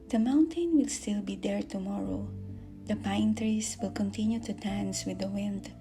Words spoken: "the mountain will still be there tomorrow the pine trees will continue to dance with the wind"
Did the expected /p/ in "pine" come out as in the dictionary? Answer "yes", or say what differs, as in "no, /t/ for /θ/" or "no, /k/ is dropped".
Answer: yes